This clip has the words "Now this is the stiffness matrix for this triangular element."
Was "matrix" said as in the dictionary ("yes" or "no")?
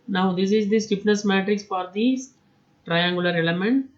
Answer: yes